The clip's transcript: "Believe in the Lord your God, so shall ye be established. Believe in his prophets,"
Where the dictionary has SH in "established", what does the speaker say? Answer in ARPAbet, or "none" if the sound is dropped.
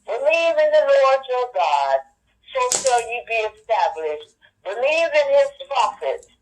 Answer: SH